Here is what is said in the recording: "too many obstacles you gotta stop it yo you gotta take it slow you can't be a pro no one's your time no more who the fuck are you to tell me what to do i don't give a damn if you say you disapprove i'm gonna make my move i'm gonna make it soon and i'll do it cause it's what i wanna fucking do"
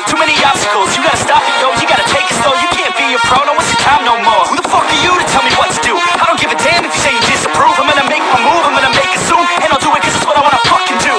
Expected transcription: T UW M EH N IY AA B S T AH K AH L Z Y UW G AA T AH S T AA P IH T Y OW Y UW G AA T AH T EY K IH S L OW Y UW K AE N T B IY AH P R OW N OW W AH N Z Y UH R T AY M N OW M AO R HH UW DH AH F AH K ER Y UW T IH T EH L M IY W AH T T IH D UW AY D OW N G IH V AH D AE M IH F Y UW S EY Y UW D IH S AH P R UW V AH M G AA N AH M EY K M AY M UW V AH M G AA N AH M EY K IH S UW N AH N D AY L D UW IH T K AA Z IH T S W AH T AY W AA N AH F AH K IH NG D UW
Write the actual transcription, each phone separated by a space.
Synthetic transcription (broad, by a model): T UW M EH N IY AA S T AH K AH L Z Y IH G AA T AH S T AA F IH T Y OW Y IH G AA T AH T EY K IH S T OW Y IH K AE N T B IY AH F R OW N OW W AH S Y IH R T AY M N OW M AO R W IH DH AH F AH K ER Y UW T IH T EH L M IY W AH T T IH D UW AY D OW N G IH V AH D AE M IH F Y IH S EY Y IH D IH S AH P R UW V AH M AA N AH M EY K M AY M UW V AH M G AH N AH M EY K IH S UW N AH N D AY L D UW IH T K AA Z IH T S W AH T AY W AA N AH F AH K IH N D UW